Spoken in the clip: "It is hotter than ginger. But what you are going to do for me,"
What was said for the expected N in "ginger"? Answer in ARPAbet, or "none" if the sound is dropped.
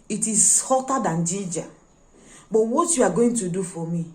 none